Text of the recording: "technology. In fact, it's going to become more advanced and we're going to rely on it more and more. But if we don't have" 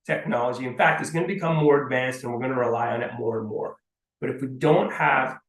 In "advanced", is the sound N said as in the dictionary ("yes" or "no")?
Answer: yes